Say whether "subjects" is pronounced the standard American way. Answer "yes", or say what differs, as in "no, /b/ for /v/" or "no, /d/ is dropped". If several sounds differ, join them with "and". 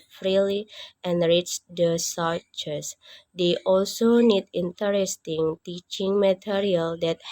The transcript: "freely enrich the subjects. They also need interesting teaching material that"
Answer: no, /k/ is dropped